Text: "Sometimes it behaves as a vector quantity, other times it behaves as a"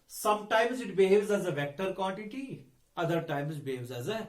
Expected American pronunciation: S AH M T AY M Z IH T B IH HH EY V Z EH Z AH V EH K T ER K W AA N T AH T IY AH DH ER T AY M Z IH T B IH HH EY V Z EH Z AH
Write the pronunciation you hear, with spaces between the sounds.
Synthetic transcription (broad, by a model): S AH M T AY M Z IH T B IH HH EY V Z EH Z AH V EH K T ER K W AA N T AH T IY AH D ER T AY M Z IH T B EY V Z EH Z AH